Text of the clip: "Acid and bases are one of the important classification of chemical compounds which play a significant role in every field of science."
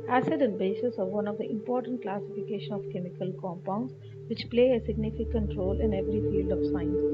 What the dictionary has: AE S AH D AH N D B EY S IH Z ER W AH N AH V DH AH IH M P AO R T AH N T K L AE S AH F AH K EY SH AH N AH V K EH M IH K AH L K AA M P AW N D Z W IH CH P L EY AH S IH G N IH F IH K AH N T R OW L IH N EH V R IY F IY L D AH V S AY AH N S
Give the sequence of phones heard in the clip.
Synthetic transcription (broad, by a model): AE S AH D AH N D B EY S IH S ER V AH N AH V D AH IH M P AO R T AH N T K L AE S AH F AH K EY SH AH N AH V K EH M IH K AH L K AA M P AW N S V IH CH P L EY AH S IH G N IH F IH K AH N T R OW L IH N EH V R IY F IY L D AH V S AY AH N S